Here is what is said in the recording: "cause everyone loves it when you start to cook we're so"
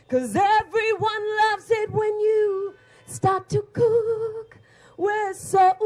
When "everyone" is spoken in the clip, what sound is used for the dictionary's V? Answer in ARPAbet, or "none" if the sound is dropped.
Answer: V